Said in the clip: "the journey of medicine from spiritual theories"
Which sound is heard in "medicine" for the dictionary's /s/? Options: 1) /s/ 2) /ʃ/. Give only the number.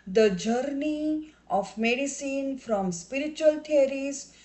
1